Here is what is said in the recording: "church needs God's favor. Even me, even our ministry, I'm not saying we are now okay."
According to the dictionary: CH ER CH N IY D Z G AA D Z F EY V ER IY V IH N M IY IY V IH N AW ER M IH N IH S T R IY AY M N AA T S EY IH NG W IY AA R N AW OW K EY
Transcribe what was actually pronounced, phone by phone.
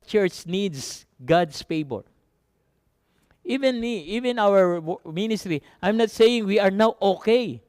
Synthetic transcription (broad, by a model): CH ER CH N IY D S G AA D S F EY B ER IY V IH N M IY IY V IH N AW ER M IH N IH S T R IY AY M N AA T S EY IH NG W IY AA R N AW OW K EY